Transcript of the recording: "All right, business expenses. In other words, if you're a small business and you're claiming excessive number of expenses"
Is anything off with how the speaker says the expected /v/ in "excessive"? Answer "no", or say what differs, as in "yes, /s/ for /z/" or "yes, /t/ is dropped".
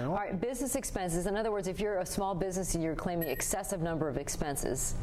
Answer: no